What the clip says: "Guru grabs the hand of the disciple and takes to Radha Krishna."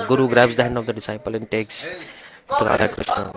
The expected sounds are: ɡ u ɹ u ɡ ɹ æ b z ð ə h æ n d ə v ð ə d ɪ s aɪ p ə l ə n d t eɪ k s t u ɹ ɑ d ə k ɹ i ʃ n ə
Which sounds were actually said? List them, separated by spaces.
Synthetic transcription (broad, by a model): ɡ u ɹ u ɡ ɹ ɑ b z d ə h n ə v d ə d ɪ s aɪ p ə l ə n t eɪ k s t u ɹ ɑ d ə k ɹ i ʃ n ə